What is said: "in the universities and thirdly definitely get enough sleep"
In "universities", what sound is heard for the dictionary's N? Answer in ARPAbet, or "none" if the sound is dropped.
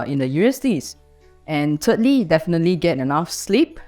none